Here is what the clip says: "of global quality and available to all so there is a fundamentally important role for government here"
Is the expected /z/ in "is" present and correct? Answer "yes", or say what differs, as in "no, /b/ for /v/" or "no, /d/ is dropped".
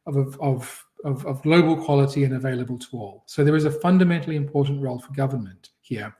yes